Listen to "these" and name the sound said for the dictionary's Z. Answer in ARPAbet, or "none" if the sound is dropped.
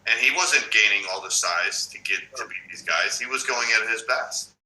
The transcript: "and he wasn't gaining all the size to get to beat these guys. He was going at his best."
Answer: Z